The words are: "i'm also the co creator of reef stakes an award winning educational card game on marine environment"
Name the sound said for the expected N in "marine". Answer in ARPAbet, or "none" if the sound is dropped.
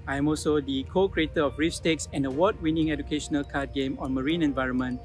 N